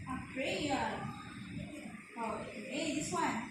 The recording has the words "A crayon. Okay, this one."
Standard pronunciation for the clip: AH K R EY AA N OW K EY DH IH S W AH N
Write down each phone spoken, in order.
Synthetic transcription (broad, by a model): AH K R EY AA OW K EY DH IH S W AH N